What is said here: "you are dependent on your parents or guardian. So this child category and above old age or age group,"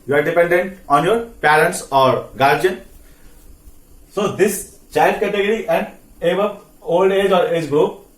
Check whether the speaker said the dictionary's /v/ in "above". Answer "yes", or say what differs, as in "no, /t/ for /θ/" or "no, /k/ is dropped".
no, /p/ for /v/